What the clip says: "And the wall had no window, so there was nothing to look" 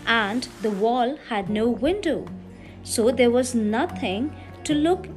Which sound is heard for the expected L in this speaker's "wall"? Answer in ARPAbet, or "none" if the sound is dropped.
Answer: L